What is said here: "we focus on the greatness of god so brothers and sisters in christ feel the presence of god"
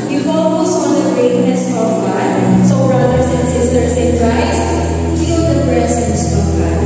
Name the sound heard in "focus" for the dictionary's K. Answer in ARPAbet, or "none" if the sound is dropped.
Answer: none